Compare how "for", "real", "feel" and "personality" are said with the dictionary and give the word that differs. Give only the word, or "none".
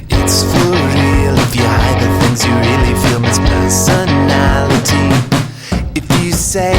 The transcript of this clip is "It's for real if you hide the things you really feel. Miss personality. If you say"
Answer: for